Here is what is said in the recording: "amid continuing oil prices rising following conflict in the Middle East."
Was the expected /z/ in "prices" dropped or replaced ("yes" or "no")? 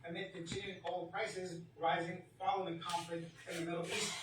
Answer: no